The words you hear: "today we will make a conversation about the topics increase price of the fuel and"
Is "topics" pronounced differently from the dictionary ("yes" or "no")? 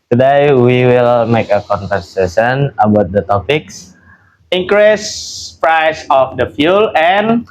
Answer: no